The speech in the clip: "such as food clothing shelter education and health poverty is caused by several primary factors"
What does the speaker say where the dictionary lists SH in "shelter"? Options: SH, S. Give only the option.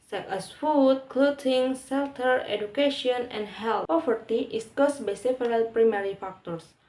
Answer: S